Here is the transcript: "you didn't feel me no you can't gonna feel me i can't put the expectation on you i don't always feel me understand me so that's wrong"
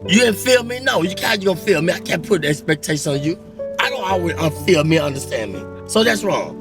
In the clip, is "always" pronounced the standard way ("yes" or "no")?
no